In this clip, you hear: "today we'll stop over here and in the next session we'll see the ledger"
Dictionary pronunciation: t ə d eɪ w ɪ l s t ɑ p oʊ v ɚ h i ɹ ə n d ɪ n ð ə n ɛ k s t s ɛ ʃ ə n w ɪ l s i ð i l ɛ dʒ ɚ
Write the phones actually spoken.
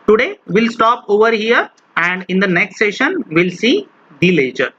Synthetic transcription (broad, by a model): t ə d eɪ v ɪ l s t ɑ p oʊ v ɚ h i ɹ ə n d ɪ n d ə n ɛ k s t s ɛ ʃ ə n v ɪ l s i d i l ɛ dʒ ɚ